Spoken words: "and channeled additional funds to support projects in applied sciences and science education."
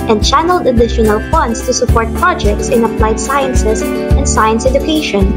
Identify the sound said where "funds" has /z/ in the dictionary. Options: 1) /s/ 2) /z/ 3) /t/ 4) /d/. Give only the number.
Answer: 1